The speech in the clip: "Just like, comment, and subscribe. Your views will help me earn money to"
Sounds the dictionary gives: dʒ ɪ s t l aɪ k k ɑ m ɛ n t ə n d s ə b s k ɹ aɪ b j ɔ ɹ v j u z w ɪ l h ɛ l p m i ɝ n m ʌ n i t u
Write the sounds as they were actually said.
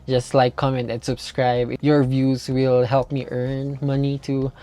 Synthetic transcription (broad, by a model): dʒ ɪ s t l aɪ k k ɑ m ɛ n t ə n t s ə b s k ɹ aɪ b j ɔ ɹ v j u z w ɪ l h ɛ l p m i ɝ n m ʌ n i t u